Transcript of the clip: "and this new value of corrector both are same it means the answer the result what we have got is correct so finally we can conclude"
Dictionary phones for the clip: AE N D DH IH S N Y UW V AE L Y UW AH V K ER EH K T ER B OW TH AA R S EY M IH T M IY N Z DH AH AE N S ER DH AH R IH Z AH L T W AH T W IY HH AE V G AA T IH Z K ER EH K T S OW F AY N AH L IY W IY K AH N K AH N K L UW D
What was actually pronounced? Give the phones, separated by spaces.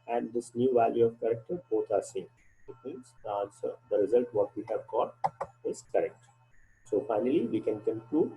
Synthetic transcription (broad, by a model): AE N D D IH S N Y UW V AE L Y UW AH V K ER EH K T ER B OW T AA R S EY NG IH T M IY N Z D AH N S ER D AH R IH Z AH L T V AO T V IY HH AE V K AA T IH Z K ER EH K T S OW F AY N AH L IY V IY K AH N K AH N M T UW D